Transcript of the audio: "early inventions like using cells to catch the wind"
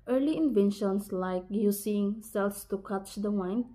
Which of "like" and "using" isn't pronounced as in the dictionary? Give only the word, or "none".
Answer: using